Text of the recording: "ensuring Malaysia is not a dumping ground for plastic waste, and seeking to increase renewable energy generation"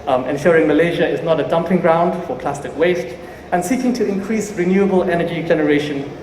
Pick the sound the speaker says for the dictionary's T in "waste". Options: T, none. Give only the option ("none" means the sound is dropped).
T